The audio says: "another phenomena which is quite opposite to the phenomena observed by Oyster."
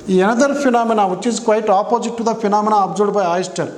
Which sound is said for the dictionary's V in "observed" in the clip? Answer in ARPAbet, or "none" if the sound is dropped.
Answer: none